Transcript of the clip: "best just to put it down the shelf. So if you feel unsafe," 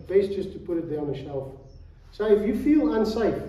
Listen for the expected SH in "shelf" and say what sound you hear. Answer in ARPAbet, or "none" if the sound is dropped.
SH